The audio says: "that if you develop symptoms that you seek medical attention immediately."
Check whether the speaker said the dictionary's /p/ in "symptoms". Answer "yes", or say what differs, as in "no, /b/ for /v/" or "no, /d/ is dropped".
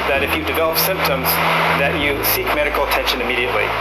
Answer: yes